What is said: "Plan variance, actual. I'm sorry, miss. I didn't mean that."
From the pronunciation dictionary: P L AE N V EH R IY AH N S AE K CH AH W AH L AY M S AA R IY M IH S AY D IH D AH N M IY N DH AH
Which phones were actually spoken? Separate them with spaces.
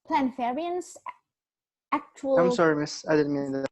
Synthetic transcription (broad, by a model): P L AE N F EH R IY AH N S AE K CH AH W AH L AY M S AA R IY M IH S AY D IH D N M IY N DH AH